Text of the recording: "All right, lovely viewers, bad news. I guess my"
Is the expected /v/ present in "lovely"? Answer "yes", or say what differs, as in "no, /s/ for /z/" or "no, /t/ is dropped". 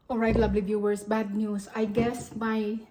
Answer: no, /b/ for /v/